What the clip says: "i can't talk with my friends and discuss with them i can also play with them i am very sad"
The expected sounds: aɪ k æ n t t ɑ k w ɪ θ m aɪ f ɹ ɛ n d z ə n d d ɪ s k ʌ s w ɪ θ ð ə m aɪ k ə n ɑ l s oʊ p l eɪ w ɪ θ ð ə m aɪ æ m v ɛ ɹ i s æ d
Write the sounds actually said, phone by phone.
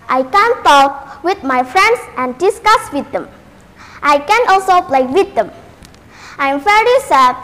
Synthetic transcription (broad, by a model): aɪ k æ n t t ɑ k w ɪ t m aɪ f ɹ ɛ n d s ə n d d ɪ s k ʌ s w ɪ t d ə m aɪ k ə n ɑ l s oʊ p l eɪ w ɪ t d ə m aɪ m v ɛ ɹ i s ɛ